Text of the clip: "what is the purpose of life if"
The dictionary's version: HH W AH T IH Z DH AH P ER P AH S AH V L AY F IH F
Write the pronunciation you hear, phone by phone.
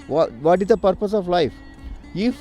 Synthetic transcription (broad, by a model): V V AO T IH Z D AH P ER P AH S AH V L AY F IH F